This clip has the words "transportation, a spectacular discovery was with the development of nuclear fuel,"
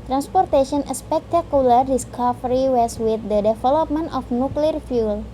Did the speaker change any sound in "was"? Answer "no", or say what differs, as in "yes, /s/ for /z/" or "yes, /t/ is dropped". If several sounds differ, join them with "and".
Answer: yes, /s/ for /z/